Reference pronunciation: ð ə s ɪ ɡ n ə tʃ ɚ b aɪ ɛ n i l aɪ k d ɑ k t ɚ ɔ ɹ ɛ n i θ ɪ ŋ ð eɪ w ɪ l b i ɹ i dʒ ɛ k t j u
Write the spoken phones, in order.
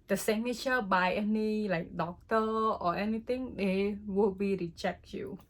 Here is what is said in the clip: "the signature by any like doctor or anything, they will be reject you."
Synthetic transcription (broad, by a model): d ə s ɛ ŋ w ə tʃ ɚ b aɪ ɛ n i l aɪ k d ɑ k t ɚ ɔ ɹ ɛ n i t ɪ ŋ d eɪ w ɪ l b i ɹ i tʃ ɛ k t j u